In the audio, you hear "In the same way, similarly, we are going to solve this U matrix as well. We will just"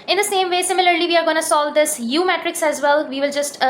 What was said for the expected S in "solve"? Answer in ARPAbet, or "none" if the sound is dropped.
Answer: S